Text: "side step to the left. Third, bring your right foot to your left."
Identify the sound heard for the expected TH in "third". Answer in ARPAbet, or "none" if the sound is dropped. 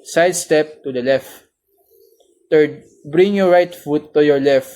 T